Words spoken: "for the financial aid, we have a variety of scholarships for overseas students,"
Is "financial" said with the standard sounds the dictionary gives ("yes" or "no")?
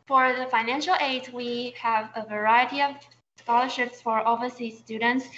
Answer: yes